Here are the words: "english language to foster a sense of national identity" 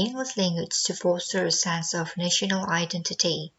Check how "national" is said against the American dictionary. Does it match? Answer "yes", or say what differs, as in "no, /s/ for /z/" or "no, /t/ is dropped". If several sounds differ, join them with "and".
yes